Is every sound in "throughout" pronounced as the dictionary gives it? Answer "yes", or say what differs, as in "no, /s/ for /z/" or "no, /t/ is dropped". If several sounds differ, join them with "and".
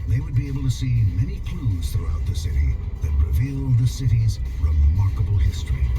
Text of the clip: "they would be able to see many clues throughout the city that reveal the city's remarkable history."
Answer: yes